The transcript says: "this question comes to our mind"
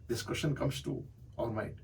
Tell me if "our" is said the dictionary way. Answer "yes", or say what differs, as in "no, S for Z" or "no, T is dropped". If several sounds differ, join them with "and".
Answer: no, L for R